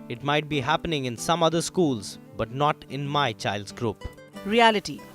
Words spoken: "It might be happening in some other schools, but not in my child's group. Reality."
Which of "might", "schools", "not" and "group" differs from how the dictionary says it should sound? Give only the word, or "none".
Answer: none